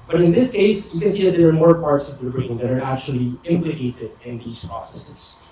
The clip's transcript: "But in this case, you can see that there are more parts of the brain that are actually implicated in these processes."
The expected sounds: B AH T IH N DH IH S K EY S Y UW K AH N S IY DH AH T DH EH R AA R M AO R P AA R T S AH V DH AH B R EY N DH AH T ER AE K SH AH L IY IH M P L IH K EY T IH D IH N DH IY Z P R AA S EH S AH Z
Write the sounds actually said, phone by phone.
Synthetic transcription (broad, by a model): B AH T IH N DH IH S K EY S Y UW K AH N S IY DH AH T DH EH R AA R M AO R P AA R T S AH V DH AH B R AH L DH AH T ER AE K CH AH L IY IH M P L IH K EY T IH D IH N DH IY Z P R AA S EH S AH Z